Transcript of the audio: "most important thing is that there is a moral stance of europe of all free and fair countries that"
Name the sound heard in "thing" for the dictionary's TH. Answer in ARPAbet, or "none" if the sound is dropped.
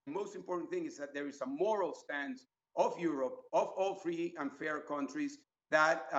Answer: TH